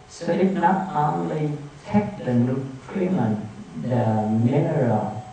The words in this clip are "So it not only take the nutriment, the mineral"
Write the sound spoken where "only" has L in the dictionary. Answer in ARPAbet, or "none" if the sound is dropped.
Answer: L